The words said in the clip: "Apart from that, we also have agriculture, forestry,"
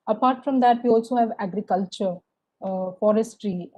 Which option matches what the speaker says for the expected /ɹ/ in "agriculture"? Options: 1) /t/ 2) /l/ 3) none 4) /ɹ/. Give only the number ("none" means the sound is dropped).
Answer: 4